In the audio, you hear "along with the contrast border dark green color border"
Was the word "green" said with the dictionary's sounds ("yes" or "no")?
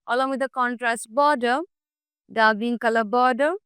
no